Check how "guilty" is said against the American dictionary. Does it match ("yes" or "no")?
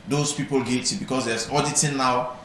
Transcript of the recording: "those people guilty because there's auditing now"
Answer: no